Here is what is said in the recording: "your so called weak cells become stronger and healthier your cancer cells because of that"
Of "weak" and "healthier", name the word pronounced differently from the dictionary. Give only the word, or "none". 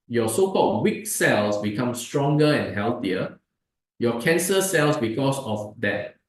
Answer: healthier